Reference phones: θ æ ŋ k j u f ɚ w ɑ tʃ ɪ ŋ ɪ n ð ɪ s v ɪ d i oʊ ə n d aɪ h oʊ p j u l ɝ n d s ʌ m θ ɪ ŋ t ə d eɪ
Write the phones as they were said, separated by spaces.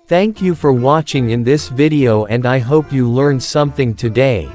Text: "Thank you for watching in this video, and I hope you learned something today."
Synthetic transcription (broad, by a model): θ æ ŋ k j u f ɚ w ɑ tʃ ɪ ŋ ɪ n ð ɪ s v ɪ d i oʊ ə n d aɪ h oʊ p j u l ɝ n s ʌ m θ ɪ ŋ t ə d eɪ